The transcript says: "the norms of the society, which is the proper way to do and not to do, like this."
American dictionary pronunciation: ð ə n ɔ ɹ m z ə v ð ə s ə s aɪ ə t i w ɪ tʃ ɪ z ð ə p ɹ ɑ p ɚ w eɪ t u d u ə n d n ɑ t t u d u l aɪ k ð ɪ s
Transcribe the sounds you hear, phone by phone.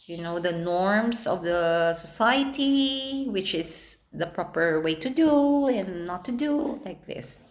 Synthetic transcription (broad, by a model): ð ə n ɔ ɹ m s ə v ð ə s ə s aɪ ə t i w ɪ tʃ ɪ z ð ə p ɹ ɑ p ɚ w eɪ t u d u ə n n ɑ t t u d u l aɪ k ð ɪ s